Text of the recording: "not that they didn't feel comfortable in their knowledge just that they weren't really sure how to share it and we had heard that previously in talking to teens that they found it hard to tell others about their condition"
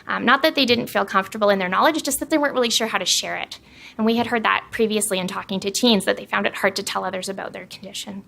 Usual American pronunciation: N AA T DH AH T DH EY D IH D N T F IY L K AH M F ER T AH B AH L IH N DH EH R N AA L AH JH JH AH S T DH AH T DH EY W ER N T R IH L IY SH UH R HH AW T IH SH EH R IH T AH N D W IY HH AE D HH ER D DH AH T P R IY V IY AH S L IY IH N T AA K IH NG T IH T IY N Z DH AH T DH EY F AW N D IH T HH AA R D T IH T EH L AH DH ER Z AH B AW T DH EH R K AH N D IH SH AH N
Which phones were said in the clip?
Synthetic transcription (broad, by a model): N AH T DH AH T DH EY D IH D N T F IY L K AH M F T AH B L IH N DH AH R N AA L AH JH JH AH S T DH AH T DH EY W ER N T R IH L IY SH UH R HH AW T IH SH EH R IH T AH N W IY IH D HH ER D DH AH T P R IY V IY AH S L IY IH N T AA K IH NG T IH T IY N Z DH AH T DH EY F AW N D IH T HH AA R D T IH T EH L AH DH ER Z AH B AW T DH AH R K N D IH SH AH N